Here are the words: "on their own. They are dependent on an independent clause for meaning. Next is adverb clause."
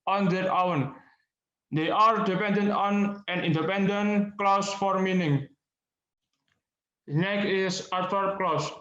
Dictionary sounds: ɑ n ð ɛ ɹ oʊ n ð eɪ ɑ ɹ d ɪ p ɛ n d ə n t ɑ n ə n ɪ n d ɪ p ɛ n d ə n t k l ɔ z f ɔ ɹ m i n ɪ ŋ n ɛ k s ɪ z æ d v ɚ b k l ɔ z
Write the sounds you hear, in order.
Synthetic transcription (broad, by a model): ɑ n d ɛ w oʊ n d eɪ ɑ ɹ d ɪ p ɛ n d ə n t ɑ n ə n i n d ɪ p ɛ n d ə n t k l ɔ s f ɔ ɹ m i n ɪ ŋ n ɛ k ɪ s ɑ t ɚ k l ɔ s